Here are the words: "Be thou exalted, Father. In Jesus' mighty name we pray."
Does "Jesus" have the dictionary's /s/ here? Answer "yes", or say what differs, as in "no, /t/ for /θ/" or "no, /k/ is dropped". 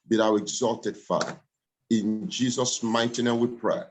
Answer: yes